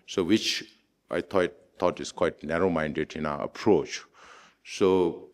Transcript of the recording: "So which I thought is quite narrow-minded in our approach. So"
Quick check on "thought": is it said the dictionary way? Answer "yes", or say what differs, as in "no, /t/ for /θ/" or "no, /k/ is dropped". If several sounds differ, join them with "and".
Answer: no, /t/ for /θ/